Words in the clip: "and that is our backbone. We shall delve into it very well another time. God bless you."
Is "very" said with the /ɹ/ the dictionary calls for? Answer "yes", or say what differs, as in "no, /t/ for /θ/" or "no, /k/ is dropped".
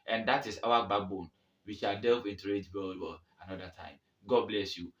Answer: no, /l/ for /ɹ/